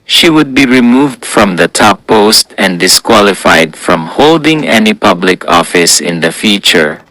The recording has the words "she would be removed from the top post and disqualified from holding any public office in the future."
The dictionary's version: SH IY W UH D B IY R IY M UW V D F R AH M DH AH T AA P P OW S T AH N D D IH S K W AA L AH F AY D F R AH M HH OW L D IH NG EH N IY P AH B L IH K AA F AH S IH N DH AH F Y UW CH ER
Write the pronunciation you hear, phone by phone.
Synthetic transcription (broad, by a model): SH IY W UH D B IY R IY M UW V D F R AH M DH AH T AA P P OW S T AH N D D IH S K W AA L AH F AY D F R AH M HH OW L D IH NG EH N IY P AH B L IH K AA F AH S IH N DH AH F Y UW CH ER